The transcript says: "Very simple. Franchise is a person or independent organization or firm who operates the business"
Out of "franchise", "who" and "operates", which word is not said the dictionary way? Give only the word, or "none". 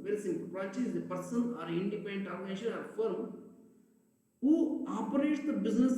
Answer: franchise